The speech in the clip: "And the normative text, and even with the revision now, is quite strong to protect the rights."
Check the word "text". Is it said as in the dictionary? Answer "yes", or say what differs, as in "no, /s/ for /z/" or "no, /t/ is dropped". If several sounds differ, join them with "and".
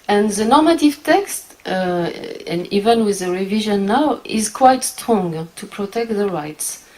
yes